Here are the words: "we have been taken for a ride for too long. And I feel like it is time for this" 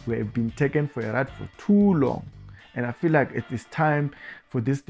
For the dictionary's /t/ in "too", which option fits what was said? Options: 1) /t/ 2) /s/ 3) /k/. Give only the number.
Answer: 1